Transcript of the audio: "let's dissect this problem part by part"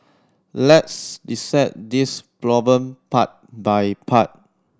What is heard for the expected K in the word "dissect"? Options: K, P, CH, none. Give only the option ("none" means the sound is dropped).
none